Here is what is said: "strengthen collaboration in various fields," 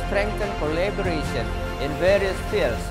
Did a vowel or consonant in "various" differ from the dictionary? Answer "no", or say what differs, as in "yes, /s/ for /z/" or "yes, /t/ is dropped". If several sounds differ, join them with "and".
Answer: no